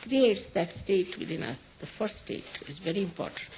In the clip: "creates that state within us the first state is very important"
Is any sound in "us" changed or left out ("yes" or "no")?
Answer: no